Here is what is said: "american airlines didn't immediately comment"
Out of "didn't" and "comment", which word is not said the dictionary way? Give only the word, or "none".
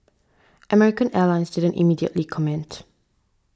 none